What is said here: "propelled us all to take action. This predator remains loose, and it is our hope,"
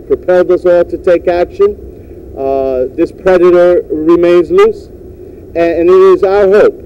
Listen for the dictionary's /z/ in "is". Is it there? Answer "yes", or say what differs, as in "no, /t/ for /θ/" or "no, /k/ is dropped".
yes